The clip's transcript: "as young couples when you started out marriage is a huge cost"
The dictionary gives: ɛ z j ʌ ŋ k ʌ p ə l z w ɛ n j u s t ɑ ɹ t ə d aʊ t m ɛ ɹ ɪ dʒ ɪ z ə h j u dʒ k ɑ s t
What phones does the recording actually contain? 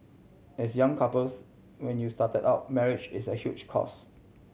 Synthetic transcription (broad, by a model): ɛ s j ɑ ŋ k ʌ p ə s w ɛ n j u s t ɑ t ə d aʊ t m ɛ ɹ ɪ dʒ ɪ s ə h j u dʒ k ɑ s